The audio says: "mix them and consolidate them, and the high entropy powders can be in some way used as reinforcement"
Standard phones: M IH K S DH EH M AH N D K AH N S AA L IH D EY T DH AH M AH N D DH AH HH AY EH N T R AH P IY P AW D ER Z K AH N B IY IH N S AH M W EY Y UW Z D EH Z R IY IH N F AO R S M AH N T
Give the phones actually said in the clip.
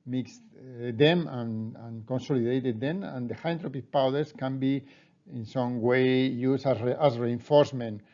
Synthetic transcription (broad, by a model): M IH K S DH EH M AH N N K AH N S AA L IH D EY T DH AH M AH N D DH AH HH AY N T R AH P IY P AW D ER S K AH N B IY IH N S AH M W EY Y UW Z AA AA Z R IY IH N F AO R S M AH N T